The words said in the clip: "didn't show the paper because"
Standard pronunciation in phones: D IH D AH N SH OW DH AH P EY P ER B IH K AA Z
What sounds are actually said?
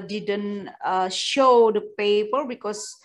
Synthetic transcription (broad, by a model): D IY D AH N SH OW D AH P EY P ER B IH K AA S